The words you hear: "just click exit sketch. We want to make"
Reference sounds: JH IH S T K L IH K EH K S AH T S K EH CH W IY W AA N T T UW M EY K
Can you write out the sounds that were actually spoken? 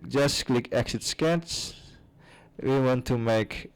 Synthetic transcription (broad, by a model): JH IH S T K L IH K EH K S AH T S K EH S W IY W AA N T T UW M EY K